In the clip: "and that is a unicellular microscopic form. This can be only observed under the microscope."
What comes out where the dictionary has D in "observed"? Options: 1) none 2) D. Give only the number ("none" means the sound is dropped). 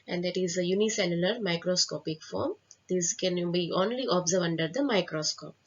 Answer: 1